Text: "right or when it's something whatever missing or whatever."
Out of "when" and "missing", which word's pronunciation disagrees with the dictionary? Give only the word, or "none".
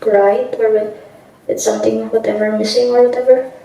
when